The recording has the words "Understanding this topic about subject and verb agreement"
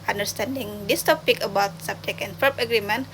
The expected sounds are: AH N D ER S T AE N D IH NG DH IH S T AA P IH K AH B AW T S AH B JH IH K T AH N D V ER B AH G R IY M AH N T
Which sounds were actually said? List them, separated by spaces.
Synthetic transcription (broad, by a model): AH N D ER S T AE N D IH NG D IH S T AA P IH K AH B AW T S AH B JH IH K AH N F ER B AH G R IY M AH N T